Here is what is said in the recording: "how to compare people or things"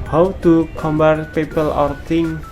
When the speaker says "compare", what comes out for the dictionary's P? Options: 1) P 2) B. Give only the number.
2